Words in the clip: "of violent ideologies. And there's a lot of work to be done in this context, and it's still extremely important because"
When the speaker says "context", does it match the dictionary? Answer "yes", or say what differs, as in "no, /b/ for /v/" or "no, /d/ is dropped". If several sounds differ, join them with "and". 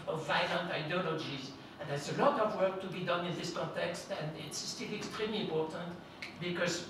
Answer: yes